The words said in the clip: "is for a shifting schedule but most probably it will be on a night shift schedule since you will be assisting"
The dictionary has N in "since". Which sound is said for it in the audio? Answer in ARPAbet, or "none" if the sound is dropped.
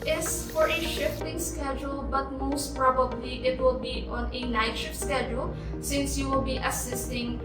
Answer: N